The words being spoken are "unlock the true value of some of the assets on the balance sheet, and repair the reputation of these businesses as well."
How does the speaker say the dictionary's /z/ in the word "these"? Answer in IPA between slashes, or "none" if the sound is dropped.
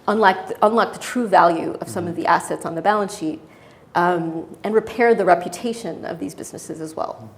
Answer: /z/